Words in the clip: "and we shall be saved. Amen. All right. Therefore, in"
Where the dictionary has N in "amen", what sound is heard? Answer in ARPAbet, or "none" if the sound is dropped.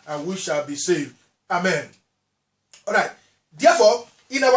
N